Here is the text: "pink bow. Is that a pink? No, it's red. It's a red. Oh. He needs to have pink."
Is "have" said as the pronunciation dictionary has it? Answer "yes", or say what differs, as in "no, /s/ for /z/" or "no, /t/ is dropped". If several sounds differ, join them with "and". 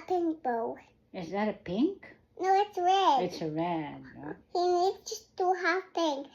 no, /f/ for /v/